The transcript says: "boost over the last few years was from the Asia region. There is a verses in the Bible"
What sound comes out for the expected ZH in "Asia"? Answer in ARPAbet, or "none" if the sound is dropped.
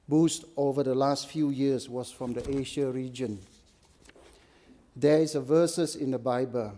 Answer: SH